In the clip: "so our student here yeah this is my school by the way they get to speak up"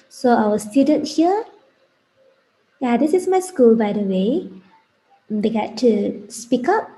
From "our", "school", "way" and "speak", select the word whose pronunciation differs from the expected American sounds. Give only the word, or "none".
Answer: our